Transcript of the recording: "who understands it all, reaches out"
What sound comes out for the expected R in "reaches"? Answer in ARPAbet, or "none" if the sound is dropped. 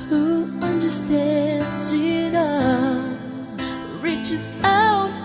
R